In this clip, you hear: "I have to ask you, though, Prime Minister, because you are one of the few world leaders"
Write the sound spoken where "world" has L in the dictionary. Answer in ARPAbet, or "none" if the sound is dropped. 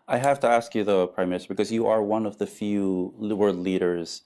none